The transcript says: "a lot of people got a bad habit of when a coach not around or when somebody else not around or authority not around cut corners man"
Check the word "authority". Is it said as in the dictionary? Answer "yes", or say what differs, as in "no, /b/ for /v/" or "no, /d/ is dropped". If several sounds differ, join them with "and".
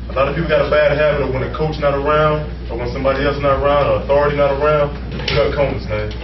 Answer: yes